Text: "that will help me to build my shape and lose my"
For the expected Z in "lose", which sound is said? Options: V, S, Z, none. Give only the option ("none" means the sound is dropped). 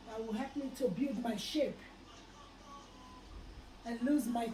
Z